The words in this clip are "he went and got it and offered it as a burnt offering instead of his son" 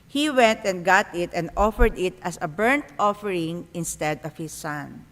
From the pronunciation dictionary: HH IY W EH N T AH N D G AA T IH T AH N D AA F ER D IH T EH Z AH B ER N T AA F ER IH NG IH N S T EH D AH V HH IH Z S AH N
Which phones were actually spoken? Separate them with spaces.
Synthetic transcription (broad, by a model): HH IY W EH N T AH N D G AA T IH T AH N D AA F ER D IH T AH S AH B ER N T AA F ER IH NG IH N S T EH D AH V HH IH S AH N